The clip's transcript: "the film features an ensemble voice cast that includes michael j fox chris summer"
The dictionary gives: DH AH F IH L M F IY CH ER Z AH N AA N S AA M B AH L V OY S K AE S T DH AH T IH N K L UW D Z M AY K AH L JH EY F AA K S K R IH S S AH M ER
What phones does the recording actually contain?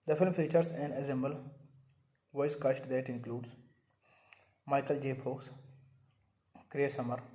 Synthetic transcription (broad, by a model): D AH F IH L M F IY CH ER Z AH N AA S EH M B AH L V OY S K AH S T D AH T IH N K L UW D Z M AY K AH L JH EY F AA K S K R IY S S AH M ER